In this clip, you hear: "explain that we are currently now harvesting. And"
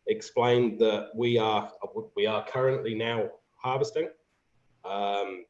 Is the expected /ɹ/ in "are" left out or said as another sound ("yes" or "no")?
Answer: yes